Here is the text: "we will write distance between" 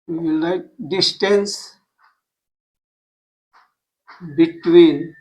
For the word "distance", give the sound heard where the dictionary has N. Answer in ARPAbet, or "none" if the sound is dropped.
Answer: N